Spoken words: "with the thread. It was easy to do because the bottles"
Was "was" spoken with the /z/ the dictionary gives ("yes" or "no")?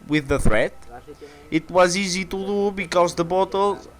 yes